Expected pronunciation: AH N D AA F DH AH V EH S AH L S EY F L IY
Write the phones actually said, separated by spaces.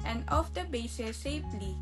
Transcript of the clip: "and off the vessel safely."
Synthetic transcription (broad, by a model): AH N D AA F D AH B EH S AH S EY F L IY